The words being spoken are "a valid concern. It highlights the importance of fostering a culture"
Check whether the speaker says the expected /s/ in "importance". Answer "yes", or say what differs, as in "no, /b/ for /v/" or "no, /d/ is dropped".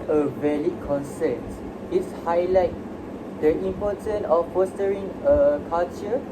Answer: no, /s/ is dropped